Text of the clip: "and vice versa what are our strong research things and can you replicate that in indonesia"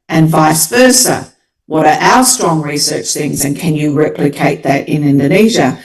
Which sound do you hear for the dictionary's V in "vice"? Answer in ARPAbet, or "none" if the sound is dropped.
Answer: V